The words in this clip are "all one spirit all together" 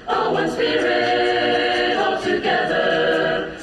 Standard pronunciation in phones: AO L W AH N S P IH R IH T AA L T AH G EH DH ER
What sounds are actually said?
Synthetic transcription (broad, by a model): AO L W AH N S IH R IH AA L T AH G EH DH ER